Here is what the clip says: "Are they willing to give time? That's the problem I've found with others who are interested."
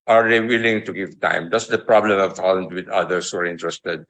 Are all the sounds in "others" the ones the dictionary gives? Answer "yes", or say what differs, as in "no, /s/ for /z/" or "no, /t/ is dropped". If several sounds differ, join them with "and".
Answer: no, /s/ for /z/